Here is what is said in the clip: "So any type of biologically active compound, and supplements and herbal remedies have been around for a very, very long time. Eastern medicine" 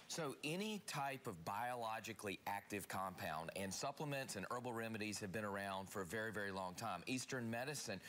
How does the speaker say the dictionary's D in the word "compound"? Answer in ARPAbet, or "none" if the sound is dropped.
D